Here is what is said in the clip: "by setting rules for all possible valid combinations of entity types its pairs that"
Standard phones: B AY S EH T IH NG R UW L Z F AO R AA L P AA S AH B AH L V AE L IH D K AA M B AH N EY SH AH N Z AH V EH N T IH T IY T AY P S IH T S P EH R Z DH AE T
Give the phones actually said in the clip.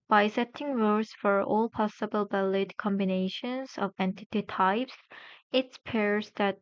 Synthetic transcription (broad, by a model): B AY S EH T IH NG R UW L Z F AO R AA L P AA S AH B AH L B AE L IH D K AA M B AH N EY SH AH N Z AH V EH N T IH T IY T AY P S IH T S P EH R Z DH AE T